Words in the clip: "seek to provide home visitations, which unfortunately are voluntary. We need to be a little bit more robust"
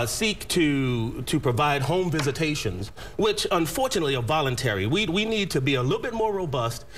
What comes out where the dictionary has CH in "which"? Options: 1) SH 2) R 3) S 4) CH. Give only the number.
4